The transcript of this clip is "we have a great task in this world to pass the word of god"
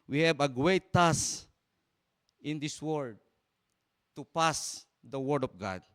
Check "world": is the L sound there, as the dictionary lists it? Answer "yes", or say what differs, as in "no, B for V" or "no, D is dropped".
no, L is dropped